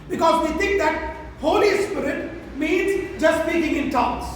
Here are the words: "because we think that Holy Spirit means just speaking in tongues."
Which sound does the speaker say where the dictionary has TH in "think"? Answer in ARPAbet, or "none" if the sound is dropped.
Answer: T